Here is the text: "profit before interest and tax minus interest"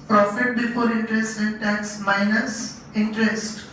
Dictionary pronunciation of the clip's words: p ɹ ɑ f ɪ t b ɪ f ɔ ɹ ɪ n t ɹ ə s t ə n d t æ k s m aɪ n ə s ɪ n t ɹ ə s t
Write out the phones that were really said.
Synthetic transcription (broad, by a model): p ɹ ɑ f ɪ t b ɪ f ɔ ɹ ɪ n t ɹ ə s t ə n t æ s m aɪ n ə s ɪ n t ɹ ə s t